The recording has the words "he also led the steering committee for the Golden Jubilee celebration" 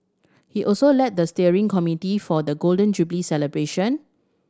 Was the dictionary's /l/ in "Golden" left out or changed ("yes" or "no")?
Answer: no